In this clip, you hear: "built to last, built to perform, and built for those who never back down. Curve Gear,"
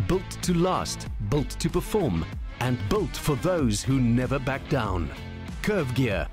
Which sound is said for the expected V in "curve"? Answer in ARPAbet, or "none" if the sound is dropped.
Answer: V